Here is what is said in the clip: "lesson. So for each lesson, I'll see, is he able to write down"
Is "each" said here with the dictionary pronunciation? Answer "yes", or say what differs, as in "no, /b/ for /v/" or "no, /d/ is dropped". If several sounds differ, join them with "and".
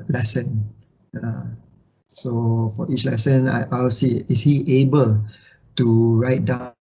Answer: yes